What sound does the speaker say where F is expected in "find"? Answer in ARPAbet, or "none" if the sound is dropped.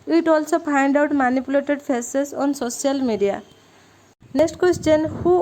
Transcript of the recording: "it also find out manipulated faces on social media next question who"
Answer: P